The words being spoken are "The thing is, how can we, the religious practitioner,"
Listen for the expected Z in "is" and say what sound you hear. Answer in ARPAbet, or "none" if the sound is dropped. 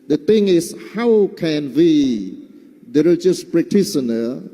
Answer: S